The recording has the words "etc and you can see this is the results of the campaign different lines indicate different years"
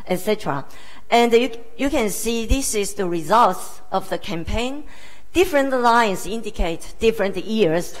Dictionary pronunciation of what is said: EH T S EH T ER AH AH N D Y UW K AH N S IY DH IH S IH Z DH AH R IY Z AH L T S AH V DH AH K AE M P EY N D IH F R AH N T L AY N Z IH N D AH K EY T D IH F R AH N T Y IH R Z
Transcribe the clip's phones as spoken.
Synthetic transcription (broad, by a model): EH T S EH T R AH AH N D Y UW K AH N S IY DH IH S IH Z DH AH R IY Z AH L T S AH V DH AH K AE M P EY N D IH F R AH N T L AY N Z IH N D AH K EY T D IH F R AH N T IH R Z